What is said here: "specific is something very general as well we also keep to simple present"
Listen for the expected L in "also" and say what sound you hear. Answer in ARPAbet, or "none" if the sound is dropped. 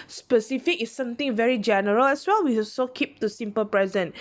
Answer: none